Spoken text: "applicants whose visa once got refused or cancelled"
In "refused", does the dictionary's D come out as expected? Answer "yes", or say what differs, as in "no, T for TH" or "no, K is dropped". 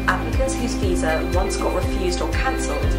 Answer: yes